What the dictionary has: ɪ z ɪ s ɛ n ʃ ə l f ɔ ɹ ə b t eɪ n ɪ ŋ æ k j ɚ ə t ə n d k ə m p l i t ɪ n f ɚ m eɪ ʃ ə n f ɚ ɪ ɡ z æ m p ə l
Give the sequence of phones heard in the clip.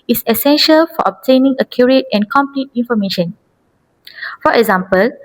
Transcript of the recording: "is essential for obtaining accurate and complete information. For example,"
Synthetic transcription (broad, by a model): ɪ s ɪ s ɛ n ʃ ə l f ɔ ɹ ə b t eɪ n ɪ ŋ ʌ k j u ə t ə n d k ə m p l i t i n f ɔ m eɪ ʃ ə n f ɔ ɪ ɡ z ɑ m p ə l